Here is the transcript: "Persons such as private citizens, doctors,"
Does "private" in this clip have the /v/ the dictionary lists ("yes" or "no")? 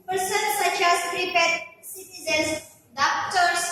no